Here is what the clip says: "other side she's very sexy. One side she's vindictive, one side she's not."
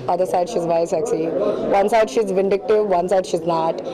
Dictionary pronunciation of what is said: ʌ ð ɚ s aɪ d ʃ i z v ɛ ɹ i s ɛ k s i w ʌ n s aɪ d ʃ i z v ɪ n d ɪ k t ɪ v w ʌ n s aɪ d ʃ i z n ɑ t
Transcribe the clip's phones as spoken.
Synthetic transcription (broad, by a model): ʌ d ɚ s aɪ d ʃ i z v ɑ i s ɛ k s i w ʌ n s aɪ d ʃ i z v ɪ n d ɪ k t ɪ v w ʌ n s aɪ d ʃ i z n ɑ t